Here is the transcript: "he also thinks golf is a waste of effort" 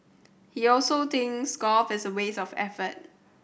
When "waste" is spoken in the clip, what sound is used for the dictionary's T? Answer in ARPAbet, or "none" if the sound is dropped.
none